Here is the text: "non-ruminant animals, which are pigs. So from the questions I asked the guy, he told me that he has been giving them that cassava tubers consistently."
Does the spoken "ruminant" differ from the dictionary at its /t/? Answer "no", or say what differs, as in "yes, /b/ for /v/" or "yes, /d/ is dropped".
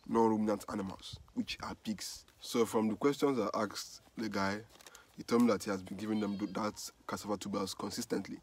no